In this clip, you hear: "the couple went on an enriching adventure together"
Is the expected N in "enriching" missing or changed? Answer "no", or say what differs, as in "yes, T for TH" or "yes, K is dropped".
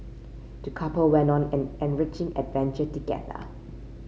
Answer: no